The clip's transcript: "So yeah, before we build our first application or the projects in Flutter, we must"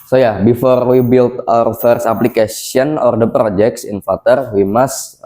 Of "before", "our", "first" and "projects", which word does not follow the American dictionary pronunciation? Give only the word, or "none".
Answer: first